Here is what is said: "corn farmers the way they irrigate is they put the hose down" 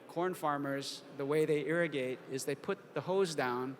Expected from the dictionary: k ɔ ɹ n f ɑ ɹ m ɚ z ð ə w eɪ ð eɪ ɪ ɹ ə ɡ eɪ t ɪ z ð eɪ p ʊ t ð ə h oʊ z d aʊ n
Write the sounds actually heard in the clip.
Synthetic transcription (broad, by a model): k ɔ ɹ n f ɑ ɹ m ɚ z ð ə w eɪ ð eɪ ɪ ɹ ə ɡ eɪ t ɪ z ð eɪ p ʊ t ð ə h oʊ z d aʊ n